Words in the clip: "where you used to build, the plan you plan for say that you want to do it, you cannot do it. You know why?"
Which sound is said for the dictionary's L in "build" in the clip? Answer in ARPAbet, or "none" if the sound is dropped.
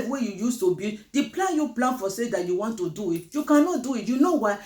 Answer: none